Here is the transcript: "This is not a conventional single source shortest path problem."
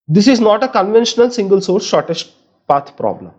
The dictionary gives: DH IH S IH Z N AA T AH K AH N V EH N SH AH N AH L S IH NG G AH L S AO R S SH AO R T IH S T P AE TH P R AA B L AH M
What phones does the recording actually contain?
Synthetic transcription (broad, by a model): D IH S IH Z N AA T AH K AH N V EH N SH AH N AH L S IH NG G AH L S AO R S SH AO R T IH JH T P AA T P R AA B L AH M